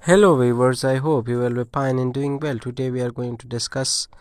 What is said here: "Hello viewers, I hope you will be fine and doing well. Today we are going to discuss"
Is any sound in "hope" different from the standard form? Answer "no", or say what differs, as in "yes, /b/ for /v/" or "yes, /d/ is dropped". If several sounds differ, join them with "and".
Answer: no